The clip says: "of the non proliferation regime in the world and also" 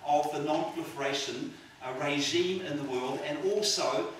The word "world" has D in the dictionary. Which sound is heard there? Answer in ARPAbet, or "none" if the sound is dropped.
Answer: D